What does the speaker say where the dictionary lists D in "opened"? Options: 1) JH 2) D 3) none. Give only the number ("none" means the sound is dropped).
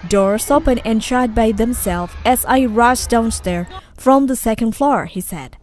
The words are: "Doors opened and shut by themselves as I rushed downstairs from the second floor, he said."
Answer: 3